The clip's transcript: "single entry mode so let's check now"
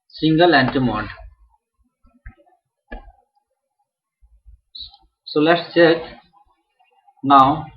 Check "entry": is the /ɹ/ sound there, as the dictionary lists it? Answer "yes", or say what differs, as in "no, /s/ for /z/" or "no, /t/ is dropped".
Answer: no, /ɹ/ is dropped